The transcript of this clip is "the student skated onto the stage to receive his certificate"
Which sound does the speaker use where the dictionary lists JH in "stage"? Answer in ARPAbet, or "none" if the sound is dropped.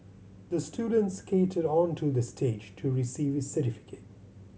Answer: JH